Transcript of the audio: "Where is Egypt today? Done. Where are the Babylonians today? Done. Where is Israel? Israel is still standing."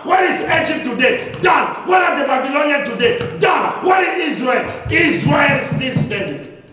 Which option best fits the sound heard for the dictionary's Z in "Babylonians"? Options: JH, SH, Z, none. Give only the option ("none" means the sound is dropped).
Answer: none